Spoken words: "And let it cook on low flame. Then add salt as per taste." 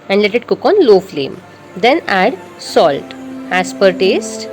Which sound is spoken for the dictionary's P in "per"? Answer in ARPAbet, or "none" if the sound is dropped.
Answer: P